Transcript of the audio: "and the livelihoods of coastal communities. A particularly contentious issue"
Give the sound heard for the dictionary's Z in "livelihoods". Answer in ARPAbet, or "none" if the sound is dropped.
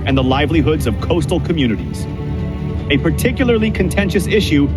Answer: Z